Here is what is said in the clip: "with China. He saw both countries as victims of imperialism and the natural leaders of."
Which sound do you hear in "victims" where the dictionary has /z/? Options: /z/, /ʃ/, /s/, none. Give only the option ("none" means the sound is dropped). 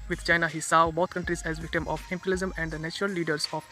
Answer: none